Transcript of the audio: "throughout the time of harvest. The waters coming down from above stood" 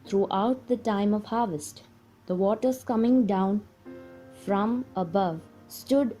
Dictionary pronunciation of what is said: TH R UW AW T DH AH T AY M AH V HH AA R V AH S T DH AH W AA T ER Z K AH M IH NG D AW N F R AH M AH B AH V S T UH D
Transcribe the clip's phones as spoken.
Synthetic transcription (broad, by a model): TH R UW AW T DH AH T AY M AH V HH AA R V AH S T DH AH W AA T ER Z K AH M IH NG D AW N F R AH M AH B AH V S T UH D